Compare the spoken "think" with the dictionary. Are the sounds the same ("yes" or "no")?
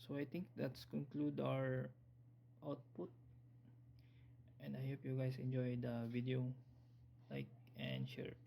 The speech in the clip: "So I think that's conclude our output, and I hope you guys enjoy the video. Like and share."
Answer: no